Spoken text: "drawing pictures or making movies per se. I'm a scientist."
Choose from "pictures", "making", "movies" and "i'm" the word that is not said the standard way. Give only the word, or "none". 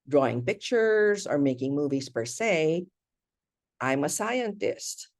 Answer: none